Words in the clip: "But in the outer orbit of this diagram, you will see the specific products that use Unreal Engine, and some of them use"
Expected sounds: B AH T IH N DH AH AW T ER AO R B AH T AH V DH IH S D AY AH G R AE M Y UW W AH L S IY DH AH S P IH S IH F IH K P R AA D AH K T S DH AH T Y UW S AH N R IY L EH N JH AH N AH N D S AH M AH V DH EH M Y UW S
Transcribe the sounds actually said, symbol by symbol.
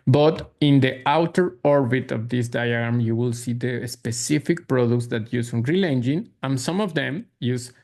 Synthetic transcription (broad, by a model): B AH T IH N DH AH AW T ER AO R B AH T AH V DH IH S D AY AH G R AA M Y UW W AH L S IY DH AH S P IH S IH F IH K P R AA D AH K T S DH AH T Y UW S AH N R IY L EH N JH AH N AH N S AH M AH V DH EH M Y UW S